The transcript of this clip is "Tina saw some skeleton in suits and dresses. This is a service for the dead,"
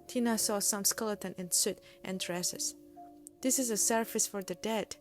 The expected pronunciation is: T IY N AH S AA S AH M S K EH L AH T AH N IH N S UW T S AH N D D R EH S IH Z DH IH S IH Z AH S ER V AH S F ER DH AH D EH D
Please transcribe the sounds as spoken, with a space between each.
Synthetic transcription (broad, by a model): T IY N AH S AA S AH M S K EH L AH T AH N IH N S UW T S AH N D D R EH S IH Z DH IH S IH Z AH S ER F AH S F ER DH AH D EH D